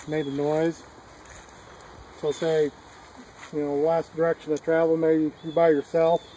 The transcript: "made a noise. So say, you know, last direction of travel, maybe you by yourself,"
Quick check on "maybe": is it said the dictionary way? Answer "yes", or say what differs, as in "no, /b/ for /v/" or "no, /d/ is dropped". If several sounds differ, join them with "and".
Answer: no, /b/ is dropped